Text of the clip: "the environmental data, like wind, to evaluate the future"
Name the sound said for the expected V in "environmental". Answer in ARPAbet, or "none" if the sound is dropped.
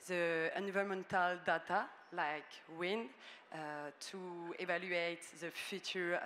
none